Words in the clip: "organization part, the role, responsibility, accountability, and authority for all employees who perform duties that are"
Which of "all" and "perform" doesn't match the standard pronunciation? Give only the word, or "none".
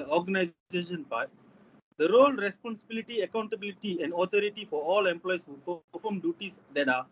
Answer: perform